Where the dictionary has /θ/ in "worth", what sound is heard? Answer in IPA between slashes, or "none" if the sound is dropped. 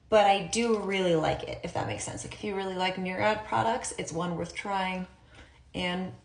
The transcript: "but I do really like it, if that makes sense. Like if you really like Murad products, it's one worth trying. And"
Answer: /θ/